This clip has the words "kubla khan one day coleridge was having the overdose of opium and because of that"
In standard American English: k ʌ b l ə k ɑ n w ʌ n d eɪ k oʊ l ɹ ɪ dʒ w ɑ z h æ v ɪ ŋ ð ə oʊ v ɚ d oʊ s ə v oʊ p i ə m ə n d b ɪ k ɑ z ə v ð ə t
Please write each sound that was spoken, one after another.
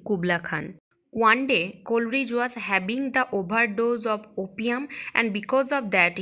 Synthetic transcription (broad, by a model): k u b l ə k ɑ n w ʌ n d eɪ k oʊ l ɹ ɪ dʒ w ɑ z h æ b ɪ ŋ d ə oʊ b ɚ d oʊ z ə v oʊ p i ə m ə n d b ɪ k ɑ z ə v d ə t